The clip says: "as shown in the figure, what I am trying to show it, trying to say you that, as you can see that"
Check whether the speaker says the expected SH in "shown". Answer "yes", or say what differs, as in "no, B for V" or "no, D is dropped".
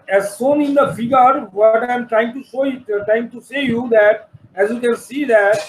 no, S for SH